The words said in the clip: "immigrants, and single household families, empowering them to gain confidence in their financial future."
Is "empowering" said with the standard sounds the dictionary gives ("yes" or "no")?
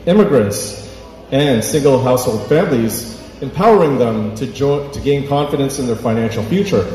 yes